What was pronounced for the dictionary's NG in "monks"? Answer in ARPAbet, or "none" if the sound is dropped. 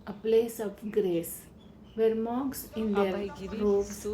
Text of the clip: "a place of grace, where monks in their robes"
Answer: none